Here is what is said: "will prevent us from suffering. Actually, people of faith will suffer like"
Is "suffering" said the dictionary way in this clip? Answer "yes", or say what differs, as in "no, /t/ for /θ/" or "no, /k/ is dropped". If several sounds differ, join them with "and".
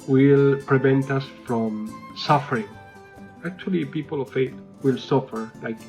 yes